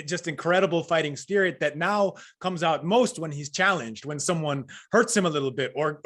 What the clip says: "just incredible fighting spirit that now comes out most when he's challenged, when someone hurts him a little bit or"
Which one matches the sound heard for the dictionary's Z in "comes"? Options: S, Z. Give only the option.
Z